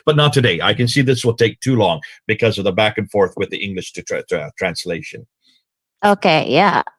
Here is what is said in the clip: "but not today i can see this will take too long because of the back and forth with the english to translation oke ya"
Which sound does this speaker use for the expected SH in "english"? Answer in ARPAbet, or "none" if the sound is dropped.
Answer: SH